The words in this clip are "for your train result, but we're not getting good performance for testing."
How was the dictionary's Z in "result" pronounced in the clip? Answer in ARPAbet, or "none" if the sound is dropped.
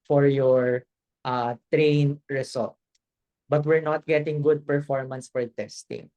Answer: S